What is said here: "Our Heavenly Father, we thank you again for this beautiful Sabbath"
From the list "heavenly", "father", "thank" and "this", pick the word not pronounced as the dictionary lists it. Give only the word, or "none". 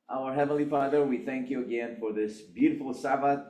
none